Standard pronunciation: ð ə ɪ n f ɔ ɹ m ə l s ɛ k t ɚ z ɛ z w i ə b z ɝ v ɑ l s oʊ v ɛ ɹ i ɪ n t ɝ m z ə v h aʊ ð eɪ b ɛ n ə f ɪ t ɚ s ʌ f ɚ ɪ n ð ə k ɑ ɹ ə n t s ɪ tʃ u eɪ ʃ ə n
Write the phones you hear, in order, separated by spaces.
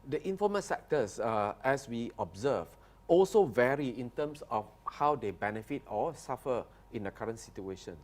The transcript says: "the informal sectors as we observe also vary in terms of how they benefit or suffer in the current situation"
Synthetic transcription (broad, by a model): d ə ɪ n f ɔ m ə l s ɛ k t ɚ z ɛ s w i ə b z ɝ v ɑ l s oʊ v ɛ ɹ i ɪ n t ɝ m s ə f h aʊ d eɪ b ɛ n ə f ɪ t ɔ s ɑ f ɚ ɪ n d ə k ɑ ɹ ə n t s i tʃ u eɪ ʃ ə n